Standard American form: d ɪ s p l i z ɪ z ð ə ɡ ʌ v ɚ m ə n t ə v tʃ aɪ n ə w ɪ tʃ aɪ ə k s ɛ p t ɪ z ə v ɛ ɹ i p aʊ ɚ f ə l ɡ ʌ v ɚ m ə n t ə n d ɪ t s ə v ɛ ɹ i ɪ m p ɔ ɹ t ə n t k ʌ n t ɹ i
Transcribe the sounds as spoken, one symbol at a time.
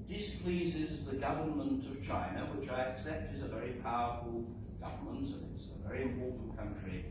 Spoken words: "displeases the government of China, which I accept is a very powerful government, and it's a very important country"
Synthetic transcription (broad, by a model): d ɪ s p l i z ɪ z ð ə ɡ ʌ v ɚ m ə n t ə v tʃ aɪ n ə w ɪ tʃ aɪ ə k s ɛ p t ɪ z ə v ɛ ɹ i p aʊ ɚ f ə l ɡ ʌ v ɚ m ə n t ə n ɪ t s ə v ɛ ɹ i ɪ m p ɔ ɹ t n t k ʌ n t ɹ i